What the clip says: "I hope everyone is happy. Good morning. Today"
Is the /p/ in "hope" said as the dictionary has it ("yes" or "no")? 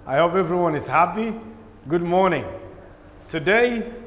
yes